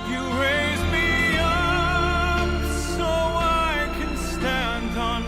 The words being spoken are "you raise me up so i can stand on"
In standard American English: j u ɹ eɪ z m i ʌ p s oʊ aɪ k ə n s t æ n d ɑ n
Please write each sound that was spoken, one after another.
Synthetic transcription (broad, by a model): j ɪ ɹ eɪ z m i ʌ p s oʊ aɪ k ə n s t æ n d n